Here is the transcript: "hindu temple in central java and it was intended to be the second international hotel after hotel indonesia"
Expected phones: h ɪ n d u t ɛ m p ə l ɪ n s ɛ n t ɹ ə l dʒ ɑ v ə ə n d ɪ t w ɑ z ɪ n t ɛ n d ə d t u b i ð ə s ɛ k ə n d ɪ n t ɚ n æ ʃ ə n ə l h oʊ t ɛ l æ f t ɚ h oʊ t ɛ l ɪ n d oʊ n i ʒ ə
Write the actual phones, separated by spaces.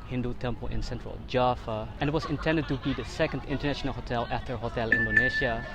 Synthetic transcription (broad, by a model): h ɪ n d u t ɛ m p ə l ɪ n s ɛ n t ɹ ə l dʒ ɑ f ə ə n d ɪ t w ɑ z ɪ n t ɛ n d ə d t u b i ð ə s ɛ k ə n d ɪ n t ɚ n æ ʃ ə n ə l h oʊ t ɛ l æ f t ɚ h oʊ t ɛ l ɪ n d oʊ n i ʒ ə